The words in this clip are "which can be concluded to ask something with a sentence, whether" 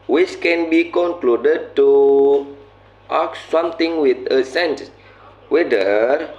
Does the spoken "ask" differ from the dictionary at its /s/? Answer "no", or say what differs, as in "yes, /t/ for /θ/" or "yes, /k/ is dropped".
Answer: yes, /s/ is dropped